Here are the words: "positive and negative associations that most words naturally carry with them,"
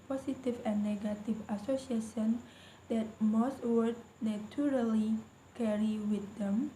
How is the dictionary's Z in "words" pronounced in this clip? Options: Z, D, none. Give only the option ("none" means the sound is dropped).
none